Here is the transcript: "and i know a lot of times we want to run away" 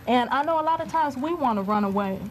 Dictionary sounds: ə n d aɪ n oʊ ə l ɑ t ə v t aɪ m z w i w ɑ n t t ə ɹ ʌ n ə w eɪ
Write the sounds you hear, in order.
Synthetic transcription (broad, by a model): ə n aɪ n oʊ ə l ɑ t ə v t aɪ m z w i w ɑ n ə ɹ ʌ n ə w eɪ